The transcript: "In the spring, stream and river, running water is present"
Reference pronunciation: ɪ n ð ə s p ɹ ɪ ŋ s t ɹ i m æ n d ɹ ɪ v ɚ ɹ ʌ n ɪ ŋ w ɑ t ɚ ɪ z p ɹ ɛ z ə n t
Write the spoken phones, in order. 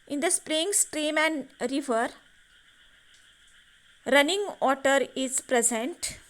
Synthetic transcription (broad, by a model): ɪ n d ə s p ɹ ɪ ŋ s t ɹ i m æ n d ɹ ɪ v ɚ ɹ ʌ n ɪ ŋ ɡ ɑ t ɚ ɪ z p ɹ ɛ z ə n t